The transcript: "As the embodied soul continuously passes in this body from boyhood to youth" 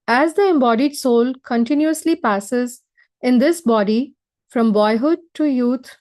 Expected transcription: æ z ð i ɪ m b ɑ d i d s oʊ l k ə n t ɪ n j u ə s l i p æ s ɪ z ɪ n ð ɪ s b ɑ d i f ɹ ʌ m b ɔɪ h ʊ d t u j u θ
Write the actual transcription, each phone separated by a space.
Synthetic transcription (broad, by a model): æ z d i ɪ m b ɑ d i d s oʊ l k ə n t ɪ n j u ə s l i p æ s ɪ z ɪ n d ɪ s b ɑ d i f ɹ ʌ m b ɔɪ h ʊ d t u j u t